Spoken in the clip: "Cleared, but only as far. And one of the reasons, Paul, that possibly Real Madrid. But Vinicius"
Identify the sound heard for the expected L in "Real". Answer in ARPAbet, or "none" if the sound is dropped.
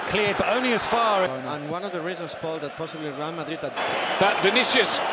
N